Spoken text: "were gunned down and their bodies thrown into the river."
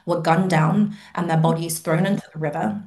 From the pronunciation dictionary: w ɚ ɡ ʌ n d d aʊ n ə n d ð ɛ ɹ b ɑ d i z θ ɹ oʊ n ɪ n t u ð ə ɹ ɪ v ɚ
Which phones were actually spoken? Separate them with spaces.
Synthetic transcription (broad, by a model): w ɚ ɡ ʌ n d d aʊ n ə n ð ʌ b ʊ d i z θ ɹ oʊ n ɪ n t u ð ə ɹ ɪ v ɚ